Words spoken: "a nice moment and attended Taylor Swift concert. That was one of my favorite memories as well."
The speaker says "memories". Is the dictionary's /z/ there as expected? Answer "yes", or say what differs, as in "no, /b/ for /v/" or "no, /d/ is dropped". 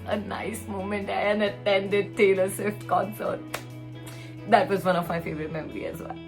no, /z/ is dropped